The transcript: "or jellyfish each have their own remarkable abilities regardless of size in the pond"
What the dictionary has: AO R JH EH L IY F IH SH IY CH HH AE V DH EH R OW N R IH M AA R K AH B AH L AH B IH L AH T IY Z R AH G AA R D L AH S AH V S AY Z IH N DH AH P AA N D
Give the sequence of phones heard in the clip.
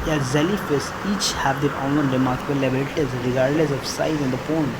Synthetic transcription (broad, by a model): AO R Z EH L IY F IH S IY CH HH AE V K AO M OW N R IH M AA R K AH B AH L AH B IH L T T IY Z R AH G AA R D L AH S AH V S AY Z IH N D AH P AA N